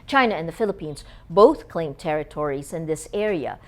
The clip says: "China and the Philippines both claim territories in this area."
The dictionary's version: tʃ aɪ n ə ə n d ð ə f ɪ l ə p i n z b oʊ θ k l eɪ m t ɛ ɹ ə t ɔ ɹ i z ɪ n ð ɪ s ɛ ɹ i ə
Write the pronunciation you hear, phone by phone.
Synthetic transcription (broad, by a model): tʃ aɪ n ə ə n ð ə f ɪ l ə p i n z b oʊ θ k l eɪ m t ɛ ɹ ə t ɔ ɹ i z ɪ n ð ɪ s ɛ ɹ i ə